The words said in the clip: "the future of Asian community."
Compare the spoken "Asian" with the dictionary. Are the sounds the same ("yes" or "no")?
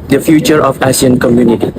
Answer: no